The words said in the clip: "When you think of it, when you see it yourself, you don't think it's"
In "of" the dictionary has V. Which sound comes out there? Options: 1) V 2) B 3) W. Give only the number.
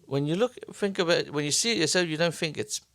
2